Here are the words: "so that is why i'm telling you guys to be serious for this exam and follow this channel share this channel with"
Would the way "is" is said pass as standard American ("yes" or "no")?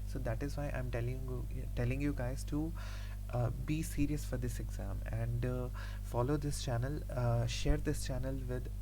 yes